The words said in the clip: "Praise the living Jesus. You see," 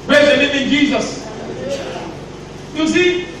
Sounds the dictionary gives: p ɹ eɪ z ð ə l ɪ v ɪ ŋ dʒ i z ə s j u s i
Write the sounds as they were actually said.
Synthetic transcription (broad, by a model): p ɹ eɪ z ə n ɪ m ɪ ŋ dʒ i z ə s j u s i